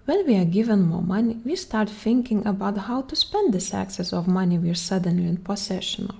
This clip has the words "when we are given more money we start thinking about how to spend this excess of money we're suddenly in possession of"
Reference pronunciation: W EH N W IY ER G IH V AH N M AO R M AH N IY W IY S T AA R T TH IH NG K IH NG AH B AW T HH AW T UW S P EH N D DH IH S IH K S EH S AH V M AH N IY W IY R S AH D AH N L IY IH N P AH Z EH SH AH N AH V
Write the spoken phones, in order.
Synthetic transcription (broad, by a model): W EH N W IY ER G IH V AH N M AO R M AH N IY W IY S T AA R T TH IH NG K IH NG AH B AW T HH AW T UW S P EH N D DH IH S IH K S EH S AH V M AH N IY W IY R S AH D AH N L IY IH N P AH S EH SH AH N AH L